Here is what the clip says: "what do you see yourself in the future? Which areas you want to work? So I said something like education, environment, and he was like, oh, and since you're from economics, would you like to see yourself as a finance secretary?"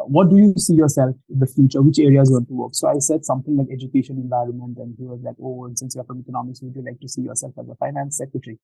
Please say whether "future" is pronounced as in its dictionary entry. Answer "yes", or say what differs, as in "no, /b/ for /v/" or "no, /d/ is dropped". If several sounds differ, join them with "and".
yes